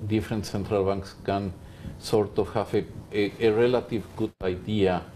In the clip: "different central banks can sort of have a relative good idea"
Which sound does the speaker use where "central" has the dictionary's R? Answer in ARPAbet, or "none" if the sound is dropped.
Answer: R